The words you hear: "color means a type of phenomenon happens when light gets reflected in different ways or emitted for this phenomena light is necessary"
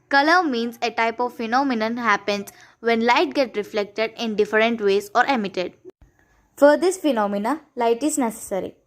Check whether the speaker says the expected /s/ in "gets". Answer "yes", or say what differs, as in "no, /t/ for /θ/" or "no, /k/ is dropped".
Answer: no, /s/ is dropped